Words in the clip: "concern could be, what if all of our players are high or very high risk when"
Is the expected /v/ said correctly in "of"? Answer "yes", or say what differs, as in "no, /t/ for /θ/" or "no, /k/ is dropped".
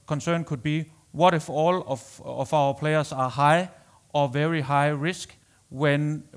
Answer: no, /f/ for /v/